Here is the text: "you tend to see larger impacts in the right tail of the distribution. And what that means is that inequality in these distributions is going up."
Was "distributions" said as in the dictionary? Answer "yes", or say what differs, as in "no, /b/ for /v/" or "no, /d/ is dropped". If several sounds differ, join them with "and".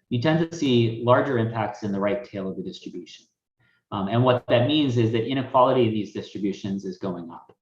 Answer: yes